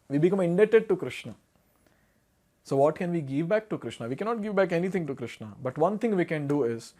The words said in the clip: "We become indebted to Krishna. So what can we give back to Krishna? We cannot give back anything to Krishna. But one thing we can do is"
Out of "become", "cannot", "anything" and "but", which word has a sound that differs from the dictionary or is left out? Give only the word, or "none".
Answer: anything